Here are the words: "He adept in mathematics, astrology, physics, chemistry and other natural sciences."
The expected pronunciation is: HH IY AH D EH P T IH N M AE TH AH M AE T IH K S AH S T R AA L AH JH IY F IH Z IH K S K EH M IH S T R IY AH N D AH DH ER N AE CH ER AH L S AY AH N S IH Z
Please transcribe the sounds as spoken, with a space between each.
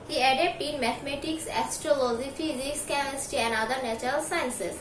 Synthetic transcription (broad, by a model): HH IY AH D EH P T IH N M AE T M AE T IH K S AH S T R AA L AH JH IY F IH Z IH K S K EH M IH S T IY AH N D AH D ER N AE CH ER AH L S AY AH N S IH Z